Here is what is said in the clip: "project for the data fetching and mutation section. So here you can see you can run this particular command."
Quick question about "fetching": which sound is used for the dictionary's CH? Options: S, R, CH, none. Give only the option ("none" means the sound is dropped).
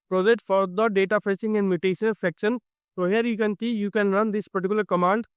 S